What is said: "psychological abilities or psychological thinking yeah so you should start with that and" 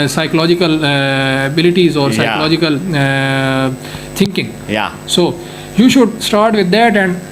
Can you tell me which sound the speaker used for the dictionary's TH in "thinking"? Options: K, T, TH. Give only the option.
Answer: T